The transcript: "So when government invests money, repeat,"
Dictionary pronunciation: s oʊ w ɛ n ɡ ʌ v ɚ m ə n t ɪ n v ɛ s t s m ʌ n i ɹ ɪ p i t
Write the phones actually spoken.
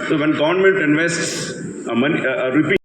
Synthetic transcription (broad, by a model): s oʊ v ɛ n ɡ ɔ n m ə l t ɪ n v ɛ s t s m ʌ n i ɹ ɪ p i